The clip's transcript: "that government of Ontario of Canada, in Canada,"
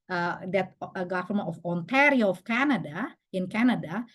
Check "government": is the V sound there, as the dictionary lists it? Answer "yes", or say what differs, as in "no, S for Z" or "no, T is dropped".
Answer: no, F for V